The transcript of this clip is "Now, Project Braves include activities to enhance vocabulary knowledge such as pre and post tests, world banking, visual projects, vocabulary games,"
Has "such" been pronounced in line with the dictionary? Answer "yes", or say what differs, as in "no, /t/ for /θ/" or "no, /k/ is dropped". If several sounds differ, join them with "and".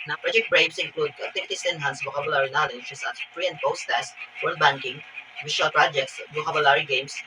no, /s/ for /tʃ/